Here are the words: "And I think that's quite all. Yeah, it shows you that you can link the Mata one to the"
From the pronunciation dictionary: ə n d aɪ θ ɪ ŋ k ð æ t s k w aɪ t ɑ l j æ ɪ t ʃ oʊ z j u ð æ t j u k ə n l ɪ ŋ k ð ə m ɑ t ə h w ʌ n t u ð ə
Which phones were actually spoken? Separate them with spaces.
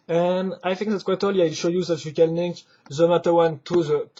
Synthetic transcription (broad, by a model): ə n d aɪ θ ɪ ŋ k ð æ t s k w aɪ t ɑ l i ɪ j ʃ oʊ j u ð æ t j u k ə n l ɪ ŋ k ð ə m ɑ t ə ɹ w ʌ n t u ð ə